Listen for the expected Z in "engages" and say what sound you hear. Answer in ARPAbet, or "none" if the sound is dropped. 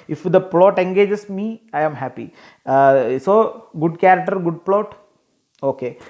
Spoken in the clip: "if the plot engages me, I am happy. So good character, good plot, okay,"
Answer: S